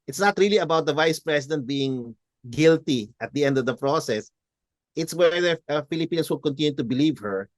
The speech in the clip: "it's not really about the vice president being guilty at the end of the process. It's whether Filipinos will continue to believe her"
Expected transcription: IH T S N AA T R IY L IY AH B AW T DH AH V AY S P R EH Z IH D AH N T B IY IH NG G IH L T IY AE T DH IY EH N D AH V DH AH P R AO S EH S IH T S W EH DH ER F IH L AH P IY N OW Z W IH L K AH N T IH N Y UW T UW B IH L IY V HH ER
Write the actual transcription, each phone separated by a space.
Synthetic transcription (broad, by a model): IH T S N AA T R IY L IY AH B AW T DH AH V AY S P R EH S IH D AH N T B IY IH NG G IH L T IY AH T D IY EH N D AH V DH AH P R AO S EH S IH T S W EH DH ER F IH L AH P IY N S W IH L K AH N T IH N Y UW T UW B IH L IY V HH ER